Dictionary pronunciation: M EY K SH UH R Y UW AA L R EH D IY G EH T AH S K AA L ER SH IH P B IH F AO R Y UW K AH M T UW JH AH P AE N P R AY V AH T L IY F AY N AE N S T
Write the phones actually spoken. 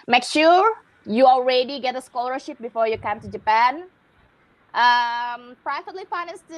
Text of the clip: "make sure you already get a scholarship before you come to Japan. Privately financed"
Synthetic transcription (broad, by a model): M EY K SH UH R Y UW AA L R EH D IY G EH T AH S K AA L ER SH IH P B IH F AO R Y UW K AH M T UW JH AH P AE N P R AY F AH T L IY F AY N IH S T